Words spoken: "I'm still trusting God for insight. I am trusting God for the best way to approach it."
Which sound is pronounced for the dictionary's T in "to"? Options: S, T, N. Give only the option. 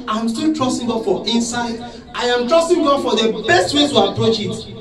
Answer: S